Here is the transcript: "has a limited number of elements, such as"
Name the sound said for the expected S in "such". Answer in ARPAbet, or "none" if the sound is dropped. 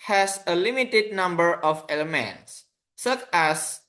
S